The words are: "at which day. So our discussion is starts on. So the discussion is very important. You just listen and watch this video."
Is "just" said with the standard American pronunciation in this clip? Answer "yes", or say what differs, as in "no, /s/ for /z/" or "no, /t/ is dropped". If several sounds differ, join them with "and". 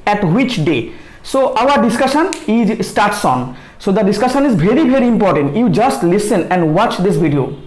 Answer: yes